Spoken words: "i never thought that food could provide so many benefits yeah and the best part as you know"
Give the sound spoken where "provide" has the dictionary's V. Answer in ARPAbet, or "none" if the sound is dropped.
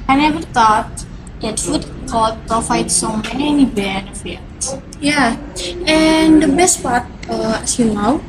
F